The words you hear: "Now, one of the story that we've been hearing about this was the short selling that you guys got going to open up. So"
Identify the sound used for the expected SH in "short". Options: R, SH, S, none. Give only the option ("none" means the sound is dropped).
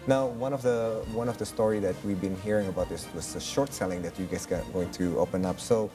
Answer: SH